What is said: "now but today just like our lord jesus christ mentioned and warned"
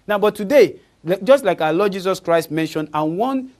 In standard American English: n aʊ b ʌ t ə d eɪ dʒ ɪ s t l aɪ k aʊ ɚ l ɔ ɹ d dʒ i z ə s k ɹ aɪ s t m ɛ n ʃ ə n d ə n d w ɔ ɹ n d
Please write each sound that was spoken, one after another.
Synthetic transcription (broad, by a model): n aʊ b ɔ t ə d eɪ dʒ ɪ s t l aɪ k aʊ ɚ l ɔ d dʒ i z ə s k ɹ aɪ s t m ɛ n ʃ ə n d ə n w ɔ n